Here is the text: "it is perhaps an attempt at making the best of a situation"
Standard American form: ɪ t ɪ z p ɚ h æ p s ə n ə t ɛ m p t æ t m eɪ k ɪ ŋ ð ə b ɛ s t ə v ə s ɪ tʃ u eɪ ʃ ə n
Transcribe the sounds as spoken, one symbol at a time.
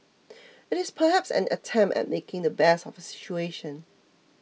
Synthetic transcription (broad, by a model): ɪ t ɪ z p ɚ h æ p s ə n ə t ɛ m p t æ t m eɪ k ɪ ŋ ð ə b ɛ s ə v ə s ɪ tʃ u eɪ ʃ ə n